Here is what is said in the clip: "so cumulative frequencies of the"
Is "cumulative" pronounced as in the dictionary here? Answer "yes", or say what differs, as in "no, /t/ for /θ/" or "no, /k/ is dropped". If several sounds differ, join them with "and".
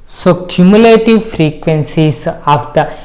yes